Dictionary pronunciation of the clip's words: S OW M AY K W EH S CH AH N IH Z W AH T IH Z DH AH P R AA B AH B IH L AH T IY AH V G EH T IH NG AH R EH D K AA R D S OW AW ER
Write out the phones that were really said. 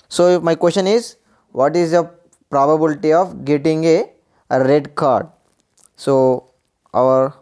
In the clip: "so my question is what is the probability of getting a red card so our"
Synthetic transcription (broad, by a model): S OW M AY K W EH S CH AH N IH Z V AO T IH Z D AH P R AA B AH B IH L T IY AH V G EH T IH NG AH R EH D K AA R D S OW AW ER